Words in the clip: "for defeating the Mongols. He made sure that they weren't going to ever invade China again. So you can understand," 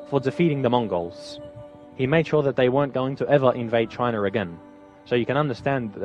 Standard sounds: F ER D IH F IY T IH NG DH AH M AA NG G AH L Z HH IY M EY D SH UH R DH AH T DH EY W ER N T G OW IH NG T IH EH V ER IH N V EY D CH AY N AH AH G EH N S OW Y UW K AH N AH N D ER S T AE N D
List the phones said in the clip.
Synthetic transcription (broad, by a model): F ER D IH F IY T IH NG DH AH M AA NG G AH L Z HH IY M EY D SH UH R DH AH T DH EY W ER N G OW IH NG T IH EH V ER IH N V EY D CH AY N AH AH G EH N S OW Y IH K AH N AH N D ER S T AE N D